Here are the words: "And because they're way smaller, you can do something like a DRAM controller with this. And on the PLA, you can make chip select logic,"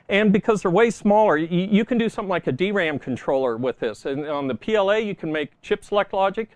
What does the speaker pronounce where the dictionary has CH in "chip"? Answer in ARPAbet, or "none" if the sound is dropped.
CH